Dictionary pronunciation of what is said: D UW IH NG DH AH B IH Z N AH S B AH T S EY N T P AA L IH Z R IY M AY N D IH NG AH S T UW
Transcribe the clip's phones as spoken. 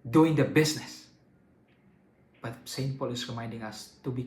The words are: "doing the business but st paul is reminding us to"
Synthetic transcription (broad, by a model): D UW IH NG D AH B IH S N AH S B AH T S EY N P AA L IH S R IY M AY N D IH NG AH S T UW